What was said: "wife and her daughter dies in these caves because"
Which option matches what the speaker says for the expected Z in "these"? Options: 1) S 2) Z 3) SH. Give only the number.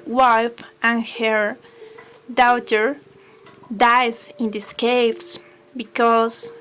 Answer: 1